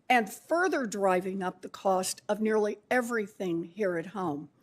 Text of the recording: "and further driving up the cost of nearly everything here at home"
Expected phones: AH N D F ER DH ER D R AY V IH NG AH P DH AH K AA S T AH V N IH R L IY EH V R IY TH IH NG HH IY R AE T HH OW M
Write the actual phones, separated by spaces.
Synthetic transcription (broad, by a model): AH N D F ER DH ER D R AY V IH NG AH P DH AH K AA S T AH V N IH R L IY EH V R IY TH IH NG HH IY R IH T HH OW M